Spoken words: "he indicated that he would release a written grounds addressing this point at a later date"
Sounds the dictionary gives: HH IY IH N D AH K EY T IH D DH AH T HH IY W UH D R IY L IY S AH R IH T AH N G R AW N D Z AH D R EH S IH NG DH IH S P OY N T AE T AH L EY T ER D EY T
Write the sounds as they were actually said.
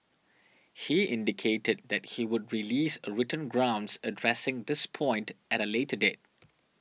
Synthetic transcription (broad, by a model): HH IY IH N D AH K EY T IH D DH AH T HH IY W UH D R IY L IY S R IH T AH N G R AW N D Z AH D R EH S IH NG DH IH S P OY N T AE T AH L EY T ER D EY T